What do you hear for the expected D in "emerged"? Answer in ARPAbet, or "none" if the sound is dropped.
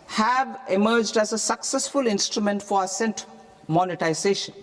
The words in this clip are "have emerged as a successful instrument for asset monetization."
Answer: D